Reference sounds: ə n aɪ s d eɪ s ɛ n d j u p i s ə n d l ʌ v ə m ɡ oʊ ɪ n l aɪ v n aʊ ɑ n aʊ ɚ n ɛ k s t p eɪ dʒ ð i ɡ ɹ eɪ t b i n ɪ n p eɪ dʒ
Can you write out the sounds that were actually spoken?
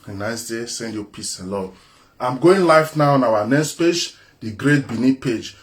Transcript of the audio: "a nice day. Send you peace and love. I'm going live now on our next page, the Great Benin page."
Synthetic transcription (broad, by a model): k n aɪ s d eɪ s ɛ n d j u p i s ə l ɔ ə m ɡ oʊ ɪ n l aɪ f n aʊ ɑ n aʊ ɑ n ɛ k s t p eɪ dʒ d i ɡ ɹ eɪ t b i n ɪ p eɪ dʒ